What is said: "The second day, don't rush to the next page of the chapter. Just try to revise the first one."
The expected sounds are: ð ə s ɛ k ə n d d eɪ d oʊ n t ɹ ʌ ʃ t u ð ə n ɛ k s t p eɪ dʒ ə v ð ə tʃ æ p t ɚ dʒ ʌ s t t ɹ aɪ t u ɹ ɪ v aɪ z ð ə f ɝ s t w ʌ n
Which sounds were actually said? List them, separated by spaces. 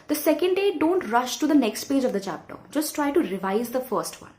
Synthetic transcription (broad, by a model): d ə s ɛ k ə n d d eɪ d oʊ n t ɹ ʌ ʃ t u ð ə n ɛ k s t p eɪ dʒ ə v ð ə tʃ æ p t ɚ dʒ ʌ s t t ɹ aɪ t u ɹ ɪ v aɪ z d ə f ɝ s t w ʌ n